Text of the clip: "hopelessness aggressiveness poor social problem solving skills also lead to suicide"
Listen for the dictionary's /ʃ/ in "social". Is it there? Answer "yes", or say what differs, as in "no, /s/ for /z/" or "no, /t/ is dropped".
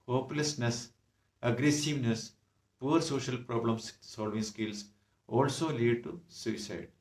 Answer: yes